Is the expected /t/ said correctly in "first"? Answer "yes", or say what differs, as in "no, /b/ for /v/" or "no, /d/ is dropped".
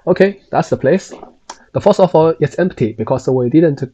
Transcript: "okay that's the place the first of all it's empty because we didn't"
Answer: no, /t/ is dropped